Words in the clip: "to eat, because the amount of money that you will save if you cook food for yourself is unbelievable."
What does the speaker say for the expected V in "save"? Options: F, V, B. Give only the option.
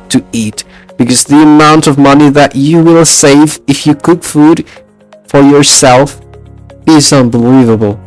V